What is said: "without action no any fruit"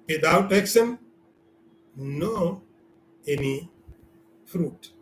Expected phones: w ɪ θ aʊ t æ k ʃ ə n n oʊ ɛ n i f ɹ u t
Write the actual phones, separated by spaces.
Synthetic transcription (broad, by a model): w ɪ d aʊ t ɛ k s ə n n oʊ ɛ n i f ɹ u t